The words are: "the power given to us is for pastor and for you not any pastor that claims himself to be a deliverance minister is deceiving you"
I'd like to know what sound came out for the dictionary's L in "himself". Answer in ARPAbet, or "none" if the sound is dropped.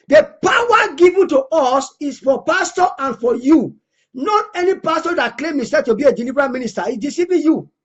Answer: none